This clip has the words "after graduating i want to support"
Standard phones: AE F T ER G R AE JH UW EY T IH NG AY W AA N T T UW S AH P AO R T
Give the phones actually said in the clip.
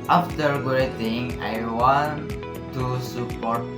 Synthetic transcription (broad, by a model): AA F T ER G UW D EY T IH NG AY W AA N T T UW S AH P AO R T